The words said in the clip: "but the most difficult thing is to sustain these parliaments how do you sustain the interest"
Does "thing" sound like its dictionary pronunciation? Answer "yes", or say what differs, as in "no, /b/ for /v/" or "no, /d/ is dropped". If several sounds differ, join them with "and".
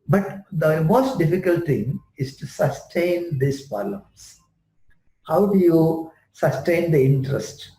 no, /t/ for /θ/